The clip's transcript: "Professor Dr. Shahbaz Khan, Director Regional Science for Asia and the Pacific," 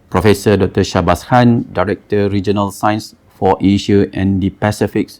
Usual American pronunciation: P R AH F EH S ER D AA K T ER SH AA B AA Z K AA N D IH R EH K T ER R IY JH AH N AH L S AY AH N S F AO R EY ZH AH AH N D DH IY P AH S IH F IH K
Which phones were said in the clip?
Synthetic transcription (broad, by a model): P R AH F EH S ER D AA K T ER SH AA B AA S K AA N D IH R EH K T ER R IY JH AH N AH L S AY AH N S F AO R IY SH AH AH N D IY P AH S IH F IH K